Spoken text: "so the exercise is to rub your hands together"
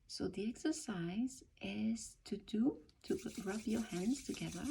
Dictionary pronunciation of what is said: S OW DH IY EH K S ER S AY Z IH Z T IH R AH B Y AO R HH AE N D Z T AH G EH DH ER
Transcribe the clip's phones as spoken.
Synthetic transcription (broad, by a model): S OW DH IY EH K S ER S AY Z IH Z T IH R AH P Y AO R HH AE N D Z T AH G EH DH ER